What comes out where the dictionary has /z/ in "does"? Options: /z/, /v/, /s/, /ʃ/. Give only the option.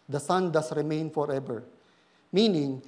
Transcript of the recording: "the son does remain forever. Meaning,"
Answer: /s/